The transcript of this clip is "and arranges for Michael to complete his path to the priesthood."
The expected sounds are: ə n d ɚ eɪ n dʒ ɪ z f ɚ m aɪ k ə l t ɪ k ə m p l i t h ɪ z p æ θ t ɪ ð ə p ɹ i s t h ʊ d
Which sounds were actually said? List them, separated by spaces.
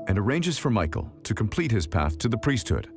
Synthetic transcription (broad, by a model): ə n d ɚ eɪ n dʒ ɪ z f ɚ m aɪ k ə l t ɪ k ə m p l i t h ɪ z p æ θ t ɪ ð ə p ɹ i s t h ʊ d